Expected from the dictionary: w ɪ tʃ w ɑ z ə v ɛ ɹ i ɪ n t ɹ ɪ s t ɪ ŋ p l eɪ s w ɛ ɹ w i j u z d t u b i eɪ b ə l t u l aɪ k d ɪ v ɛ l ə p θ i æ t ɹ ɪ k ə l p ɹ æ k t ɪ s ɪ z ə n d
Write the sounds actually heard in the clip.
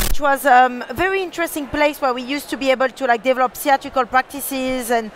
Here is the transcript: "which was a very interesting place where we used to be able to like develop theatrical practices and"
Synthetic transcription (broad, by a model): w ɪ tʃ w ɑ z ə v ɛ ɹ i ɪ n t ɹ ɪ s t ɪ ŋ p l eɪ s w ɛ ɹ w i j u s t u b i eɪ b ə l t u l aɪ k d ɪ v ɛ l ə p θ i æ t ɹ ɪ k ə l p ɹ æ k t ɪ s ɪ z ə n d